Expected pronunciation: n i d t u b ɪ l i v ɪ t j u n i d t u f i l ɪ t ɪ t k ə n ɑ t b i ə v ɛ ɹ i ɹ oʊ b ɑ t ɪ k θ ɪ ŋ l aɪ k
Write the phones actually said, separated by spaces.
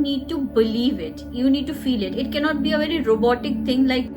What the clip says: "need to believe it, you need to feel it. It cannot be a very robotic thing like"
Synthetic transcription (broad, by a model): n i d t u b ɪ l i v ɪ t j u n i d t u f i l ɪ t ɪ t k ə n ɑ t b i ə v ɛ ɹ i ɹ oʊ b ɑ t ɪ k t ɪ ŋ l aɪ k